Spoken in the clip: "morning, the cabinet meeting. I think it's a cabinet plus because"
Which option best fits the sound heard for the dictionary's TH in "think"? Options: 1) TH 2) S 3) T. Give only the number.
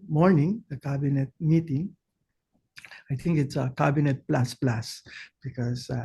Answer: 3